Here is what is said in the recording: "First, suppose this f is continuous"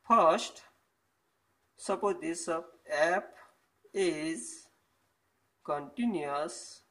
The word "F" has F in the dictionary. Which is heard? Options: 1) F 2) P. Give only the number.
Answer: 2